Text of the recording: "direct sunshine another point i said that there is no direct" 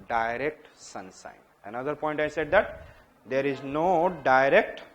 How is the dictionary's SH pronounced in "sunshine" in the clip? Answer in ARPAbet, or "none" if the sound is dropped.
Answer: S